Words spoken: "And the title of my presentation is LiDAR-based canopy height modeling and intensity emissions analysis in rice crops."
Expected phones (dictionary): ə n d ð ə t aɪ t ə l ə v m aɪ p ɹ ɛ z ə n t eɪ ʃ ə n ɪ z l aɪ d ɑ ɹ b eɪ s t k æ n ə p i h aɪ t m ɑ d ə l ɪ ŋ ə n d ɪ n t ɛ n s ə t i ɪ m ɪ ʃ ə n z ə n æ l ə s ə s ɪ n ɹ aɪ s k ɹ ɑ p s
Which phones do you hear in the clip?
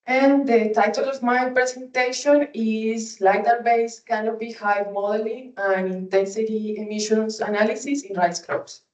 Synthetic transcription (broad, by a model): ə n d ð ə t aɪ t ə l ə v m aɪ p ɹ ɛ s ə n t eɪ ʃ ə n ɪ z l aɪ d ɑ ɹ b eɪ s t k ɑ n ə b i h aɪ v m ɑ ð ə l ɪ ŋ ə n ɪ n t ɛ n s ə t i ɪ m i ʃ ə n s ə n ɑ l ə s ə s ɪ n ɹ aɪ s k ɹ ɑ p s